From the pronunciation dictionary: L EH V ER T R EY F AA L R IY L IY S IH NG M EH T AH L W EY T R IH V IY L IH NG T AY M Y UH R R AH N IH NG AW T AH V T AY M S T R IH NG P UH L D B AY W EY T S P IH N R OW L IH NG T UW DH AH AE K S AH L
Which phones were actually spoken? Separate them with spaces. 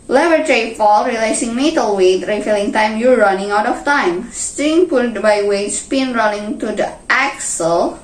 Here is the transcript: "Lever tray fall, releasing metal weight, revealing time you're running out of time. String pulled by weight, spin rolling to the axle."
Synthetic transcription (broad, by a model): L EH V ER T R EY F AA L R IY L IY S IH NG M EH T AH L W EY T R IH F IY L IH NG T AY M Y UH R R AH N IH NG AW T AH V T AY M S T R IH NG P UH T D B AY W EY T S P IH N R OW N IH NG T UW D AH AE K S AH L